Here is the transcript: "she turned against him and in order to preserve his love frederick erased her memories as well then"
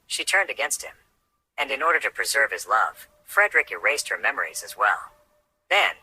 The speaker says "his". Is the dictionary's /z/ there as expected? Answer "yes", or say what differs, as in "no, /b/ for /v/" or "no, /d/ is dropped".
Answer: yes